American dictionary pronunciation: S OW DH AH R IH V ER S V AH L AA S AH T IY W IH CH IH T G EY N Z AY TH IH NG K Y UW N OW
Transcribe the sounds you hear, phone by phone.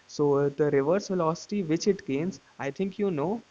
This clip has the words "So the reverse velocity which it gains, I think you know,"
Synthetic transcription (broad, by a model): S OW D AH R IH V ER S F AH L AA S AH T IY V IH CH IH T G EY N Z AY T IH NG K Y UW N OW